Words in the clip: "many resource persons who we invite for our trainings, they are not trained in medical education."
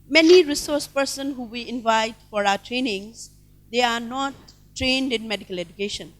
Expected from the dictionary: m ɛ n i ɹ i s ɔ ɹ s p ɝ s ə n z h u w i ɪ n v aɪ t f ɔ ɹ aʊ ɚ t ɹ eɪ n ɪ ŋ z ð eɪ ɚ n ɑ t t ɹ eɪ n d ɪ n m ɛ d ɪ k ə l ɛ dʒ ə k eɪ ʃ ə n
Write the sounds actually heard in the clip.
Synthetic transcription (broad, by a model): m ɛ n i ɹ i s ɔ ɹ s p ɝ s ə n h u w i ɪ n v aɪ t f ɔ ɹ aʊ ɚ t ɹ eɪ n ɪ ŋ z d eɪ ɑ n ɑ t t ɹ eɪ n d ɪ n m ɛ d ɪ k ə l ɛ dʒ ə k eɪ ʃ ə n